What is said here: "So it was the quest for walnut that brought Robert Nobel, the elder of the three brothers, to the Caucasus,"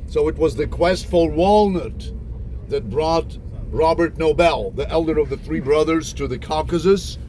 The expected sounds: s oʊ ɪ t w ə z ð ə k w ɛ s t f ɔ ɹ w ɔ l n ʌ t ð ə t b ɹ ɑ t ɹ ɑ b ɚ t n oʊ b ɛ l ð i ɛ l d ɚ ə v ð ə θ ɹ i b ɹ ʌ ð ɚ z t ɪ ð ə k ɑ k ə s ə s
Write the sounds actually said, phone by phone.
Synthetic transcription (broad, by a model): s oʊ ɪ t w ə z ð ə k w ɛ s t f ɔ l w ɔ l n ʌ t ð ə t b ɹ ɑ t ɹ ɑ b ɚ t n oʊ b ɛ l ð i ɛ l d ɚ ə v ð ə θ ɹ i b ɹ ʌ ð ɚ z t ɪ ð ə k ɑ k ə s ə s